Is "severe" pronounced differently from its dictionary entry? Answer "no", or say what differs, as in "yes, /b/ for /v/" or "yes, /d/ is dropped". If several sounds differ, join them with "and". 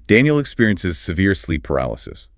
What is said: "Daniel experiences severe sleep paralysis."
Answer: no